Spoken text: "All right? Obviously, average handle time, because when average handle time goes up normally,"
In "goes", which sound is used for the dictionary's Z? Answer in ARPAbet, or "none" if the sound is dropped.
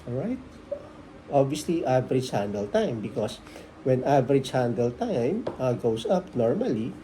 S